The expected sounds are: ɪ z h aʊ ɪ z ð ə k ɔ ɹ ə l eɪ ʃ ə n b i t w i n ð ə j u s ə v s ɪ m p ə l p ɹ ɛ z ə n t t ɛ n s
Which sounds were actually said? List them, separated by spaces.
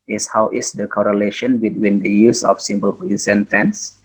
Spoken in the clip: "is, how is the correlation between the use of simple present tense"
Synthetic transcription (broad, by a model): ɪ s h aʊ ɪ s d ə k ɔ ɹ ə l eɪ ʃ ə n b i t w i n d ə j u s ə f s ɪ m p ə l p i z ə n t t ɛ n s